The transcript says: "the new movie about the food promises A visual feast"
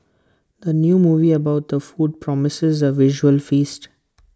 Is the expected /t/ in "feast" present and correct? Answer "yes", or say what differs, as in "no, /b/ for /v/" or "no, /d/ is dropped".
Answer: yes